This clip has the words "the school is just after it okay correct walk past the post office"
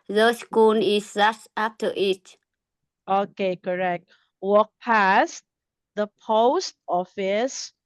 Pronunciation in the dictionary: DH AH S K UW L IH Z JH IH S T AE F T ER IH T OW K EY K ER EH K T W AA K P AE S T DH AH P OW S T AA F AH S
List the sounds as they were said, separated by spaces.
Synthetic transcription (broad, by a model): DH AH S K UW N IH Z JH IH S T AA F T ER IH T OW K EY K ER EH K T W AA K P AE S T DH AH P OW S T AA F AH S